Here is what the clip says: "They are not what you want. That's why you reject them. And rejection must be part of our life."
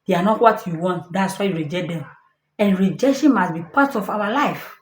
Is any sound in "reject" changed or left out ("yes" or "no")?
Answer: yes